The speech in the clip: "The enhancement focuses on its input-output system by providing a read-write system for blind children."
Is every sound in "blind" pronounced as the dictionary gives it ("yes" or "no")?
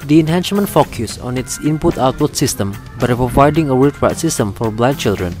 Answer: no